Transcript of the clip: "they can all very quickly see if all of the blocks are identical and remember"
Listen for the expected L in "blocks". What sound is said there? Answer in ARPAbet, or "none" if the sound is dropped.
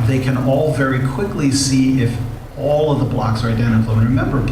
L